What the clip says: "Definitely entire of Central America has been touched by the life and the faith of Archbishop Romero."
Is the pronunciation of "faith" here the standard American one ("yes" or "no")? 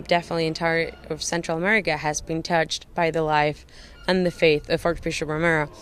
yes